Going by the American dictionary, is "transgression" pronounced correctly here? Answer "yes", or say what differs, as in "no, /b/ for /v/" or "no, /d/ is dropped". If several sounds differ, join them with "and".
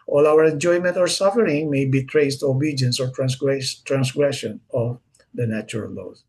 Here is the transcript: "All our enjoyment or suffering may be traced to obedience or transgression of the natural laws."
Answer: no, /s/ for /z/